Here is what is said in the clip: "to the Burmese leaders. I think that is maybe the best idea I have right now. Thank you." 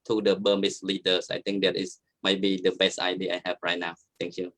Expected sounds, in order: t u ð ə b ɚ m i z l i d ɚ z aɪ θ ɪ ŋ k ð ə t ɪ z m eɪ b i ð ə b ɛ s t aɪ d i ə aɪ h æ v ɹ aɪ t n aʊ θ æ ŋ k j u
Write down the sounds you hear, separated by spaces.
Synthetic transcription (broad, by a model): t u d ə b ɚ m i s l i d ɚ s aɪ t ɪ ŋ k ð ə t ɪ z m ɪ b i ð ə b ɛ s t aɪ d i aɪ h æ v ɹ aɪ t n aʊ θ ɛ ŋ k j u